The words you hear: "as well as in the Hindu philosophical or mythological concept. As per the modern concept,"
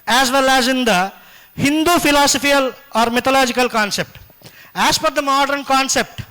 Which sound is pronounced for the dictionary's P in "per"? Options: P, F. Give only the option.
F